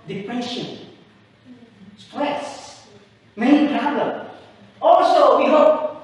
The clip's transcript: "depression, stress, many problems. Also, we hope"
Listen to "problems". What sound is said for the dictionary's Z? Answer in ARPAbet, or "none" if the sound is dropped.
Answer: none